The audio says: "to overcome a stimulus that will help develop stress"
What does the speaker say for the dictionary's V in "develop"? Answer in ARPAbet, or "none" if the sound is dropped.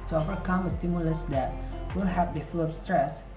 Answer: F